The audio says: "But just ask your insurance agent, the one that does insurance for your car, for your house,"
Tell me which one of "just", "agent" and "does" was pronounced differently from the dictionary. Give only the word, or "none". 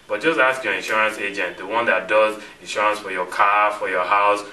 none